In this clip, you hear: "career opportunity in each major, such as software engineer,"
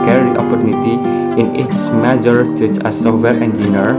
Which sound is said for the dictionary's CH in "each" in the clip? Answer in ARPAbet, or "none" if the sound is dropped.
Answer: S